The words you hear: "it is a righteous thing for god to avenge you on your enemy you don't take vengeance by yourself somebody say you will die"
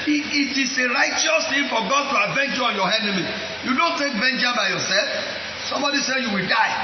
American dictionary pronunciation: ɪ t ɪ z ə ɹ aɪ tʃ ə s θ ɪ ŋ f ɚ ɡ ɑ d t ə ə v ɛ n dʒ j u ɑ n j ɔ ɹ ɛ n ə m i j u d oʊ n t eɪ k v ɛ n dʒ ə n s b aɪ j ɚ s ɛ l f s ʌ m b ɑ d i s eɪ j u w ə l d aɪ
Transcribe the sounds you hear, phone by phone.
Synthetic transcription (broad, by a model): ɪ t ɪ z ə ɹ aɪ tʃ ə s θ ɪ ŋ f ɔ ɡ ɑ d t ə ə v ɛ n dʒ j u ɑ n j ɔ ɛ n ə m i j u d oʊ n t eɪ k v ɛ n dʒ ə b aɪ j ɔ s ɛ l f s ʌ m b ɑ d i s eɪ j u w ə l d aɪ